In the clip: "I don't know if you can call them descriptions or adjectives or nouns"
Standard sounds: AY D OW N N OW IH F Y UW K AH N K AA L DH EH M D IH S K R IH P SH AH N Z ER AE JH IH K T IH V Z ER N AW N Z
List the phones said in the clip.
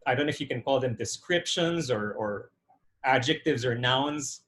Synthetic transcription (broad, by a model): AY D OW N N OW IH F Y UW K AH N K AA L DH EH M D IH S K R IH P SH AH N Z ER AE JH IH K T IH V Z ER N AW N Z